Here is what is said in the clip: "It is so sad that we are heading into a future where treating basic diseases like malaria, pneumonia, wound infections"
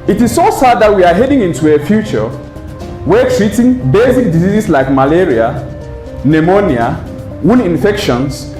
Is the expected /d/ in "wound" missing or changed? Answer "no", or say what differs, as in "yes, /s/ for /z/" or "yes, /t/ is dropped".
yes, /d/ is dropped